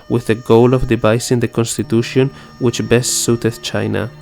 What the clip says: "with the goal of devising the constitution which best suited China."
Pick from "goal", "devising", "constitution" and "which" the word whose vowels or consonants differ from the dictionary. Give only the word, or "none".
devising